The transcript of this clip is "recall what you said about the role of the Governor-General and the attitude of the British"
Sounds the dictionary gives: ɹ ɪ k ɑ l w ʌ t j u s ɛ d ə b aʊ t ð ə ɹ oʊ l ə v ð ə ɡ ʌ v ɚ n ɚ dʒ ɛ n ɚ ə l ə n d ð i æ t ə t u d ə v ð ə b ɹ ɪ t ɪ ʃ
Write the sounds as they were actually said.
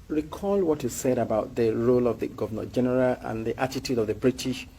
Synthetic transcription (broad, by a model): ɹ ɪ k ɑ l w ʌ t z s ɛ d ə b aʊ t ð ə ɹ oʊ l ə v ð ə ɡ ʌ v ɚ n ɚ dʒ ɛ n ɚ ə l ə n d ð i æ t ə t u d ə v ð ə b ɹ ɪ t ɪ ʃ